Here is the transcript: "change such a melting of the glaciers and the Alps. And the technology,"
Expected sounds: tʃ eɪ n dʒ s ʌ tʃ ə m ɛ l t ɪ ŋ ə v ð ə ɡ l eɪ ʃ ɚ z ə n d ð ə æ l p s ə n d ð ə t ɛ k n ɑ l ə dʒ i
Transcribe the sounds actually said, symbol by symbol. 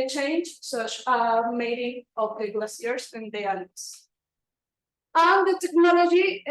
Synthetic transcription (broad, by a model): tʃ eɪ n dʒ s ʌ tʃ ə m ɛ t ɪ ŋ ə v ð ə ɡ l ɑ s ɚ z ə n d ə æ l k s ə n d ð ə t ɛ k n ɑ l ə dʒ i